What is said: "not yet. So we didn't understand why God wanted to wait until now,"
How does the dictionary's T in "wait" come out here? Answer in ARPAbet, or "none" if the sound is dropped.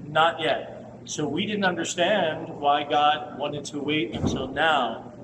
T